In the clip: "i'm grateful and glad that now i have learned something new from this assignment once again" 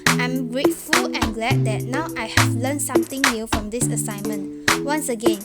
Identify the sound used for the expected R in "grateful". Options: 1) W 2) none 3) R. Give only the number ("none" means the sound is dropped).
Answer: 3